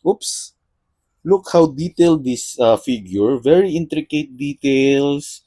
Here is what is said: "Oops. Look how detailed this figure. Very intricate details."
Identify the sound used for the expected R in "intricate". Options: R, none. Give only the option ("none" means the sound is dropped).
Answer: R